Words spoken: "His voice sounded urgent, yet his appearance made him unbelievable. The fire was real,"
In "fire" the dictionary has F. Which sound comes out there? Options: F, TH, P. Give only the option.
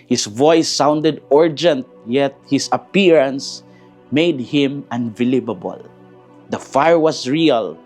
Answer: F